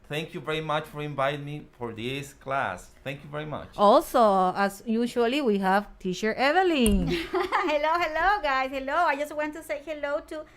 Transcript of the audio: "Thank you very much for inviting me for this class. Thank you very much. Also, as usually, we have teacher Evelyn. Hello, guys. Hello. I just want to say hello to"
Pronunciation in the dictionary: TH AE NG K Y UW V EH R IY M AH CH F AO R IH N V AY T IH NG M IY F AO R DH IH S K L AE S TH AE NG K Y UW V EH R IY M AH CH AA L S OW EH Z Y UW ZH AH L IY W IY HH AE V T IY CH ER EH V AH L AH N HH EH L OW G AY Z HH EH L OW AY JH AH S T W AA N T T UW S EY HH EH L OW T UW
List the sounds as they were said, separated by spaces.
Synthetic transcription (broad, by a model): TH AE NG K Y UW V EH R IY M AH CH F AO R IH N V AY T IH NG M IY F AO R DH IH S K L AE S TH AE NG K Y UW V EH R IY M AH CH AA L S OW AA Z Y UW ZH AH L IY W IY HH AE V T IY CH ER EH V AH L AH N HH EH L OW G AY S HH EH L OW AY JH AH S T W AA N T T UW S EY HH EH L OW T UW